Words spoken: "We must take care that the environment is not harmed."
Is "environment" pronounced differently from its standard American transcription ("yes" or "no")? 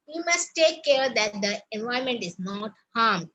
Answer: yes